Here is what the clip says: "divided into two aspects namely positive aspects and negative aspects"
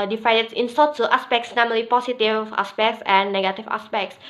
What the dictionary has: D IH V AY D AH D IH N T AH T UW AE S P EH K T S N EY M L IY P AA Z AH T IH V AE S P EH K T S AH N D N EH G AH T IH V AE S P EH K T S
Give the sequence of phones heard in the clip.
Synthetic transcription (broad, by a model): D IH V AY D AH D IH N S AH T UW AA S P EH K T S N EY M L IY P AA S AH T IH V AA S P EH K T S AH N N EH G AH T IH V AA S P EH K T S